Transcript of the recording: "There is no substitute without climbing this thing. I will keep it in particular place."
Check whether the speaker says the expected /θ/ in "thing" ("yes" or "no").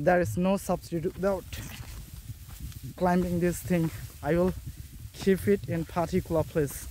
no